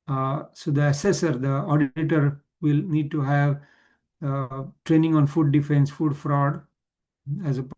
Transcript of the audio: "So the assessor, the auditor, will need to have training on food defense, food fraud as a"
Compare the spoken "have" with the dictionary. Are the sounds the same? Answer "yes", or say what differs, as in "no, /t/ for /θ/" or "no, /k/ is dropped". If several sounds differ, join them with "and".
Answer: yes